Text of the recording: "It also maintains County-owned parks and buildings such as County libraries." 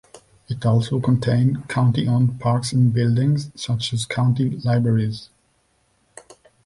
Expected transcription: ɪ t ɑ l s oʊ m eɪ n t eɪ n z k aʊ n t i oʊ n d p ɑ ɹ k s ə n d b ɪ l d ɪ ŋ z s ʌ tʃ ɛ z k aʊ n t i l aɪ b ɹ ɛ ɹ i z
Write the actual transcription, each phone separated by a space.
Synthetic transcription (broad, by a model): ɪ t ɑ l s oʊ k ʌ n t eɪ n k aʊ n t i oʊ n p ɑ ɹ k s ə n b ɪ l d ɪ ŋ z s ʌ tʃ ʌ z k aʊ n t i l aɪ b ɹ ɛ ɹ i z